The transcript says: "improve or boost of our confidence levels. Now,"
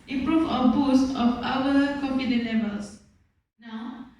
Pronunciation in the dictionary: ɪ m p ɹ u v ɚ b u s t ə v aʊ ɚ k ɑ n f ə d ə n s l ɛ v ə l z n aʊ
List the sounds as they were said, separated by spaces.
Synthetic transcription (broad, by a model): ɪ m p ɹ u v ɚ b u s t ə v aʊ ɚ k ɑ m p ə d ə l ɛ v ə l s n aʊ